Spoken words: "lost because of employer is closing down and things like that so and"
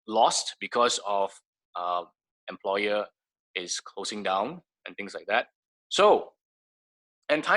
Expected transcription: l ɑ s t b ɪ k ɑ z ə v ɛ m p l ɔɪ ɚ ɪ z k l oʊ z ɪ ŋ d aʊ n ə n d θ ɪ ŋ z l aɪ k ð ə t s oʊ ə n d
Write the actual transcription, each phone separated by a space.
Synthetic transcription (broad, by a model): l ɑ s t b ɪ k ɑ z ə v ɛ m p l ɔɪ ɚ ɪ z k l oʊ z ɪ ŋ d aʊ n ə n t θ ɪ ŋ s l aɪ k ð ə t s oʊ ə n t